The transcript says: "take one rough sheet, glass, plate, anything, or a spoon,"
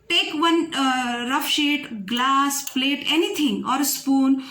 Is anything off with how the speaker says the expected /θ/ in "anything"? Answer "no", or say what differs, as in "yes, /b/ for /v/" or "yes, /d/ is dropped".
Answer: yes, /t/ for /θ/